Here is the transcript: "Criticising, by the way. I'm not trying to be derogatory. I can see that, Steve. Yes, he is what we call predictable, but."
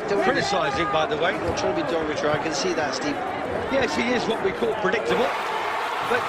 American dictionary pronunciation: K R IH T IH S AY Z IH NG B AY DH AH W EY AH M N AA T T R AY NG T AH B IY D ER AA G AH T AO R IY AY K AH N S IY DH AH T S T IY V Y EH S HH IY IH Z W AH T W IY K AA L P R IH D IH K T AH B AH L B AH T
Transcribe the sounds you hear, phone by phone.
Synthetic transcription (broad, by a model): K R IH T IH S AY Z IH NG B AY DH AH W EY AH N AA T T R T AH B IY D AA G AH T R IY AY K AH N S IY DH AH T S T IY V Y EH S HH IY IH Z W AH T W IY K AA L P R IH D IH K T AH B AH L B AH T